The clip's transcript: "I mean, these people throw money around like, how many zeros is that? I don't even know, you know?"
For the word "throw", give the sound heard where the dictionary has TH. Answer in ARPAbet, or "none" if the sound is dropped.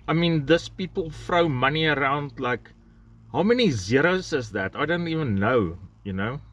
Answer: F